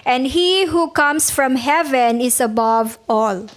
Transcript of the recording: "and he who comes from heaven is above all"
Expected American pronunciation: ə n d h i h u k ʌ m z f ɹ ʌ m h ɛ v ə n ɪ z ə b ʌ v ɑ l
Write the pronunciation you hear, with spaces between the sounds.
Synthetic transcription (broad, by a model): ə n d h i h u k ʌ m s f ɹ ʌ m h ɛ v ə n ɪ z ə b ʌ v ɑ l